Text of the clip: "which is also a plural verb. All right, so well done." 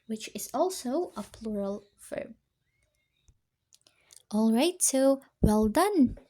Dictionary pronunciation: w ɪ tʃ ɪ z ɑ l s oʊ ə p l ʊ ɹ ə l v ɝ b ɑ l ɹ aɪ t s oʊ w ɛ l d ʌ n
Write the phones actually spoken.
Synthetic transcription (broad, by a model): w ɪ tʃ ɪ z ɑ l s oʊ ə p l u ɹ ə l f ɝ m ɑ l ɹ aɪ t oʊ w ɛ l d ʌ n